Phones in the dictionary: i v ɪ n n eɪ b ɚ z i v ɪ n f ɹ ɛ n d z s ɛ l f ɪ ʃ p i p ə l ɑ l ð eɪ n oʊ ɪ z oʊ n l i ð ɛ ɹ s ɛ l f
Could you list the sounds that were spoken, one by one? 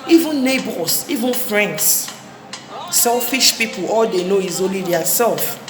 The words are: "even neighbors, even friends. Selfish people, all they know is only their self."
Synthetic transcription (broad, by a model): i v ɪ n n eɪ b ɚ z i v ɪ n f ɹ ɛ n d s s ɛ l f ɪ ʃ p i p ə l ɑ l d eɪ n oʊ ɪ z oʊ l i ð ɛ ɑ s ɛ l f